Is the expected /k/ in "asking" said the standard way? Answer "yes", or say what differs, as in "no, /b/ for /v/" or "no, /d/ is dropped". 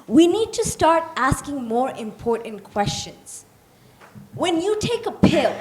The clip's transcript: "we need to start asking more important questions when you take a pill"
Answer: yes